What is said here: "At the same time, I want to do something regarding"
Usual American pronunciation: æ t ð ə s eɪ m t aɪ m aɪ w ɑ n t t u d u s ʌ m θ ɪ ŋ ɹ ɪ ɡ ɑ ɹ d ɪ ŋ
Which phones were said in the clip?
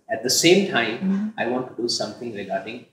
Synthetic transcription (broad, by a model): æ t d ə s eɪ m t aɪ m aɪ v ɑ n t t u d u s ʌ m t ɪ ŋ ɹ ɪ ɡ ɑ ɹ d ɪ ŋ